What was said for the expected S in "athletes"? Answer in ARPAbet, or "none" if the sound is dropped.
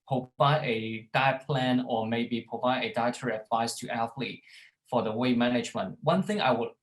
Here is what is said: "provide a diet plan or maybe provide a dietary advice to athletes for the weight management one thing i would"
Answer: none